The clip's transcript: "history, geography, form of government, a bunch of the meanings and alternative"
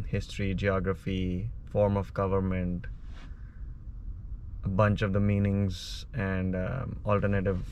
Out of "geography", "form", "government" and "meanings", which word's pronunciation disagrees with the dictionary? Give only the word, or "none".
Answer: none